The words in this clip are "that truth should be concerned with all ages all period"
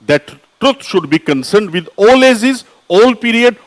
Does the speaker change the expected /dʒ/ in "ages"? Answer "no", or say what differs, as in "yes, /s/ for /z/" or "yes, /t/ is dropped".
yes, /z/ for /dʒ/